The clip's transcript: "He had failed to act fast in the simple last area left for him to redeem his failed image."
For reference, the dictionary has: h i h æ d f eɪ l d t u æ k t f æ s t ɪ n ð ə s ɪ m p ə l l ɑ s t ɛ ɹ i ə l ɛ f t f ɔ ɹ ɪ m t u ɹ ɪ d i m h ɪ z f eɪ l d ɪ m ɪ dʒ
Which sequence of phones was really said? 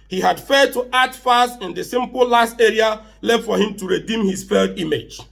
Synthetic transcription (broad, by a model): h i h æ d f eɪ d t u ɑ t f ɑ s t ɪ n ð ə s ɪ m p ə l l ɑ s t ɛ ɹ i ə l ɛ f f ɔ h ɪ m t u ɹ ɪ d i m h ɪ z f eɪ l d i m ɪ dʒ